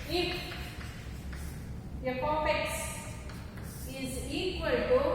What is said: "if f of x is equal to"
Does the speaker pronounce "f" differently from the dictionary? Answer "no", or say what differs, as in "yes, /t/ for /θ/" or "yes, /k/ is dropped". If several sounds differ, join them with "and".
yes, /p/ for /f/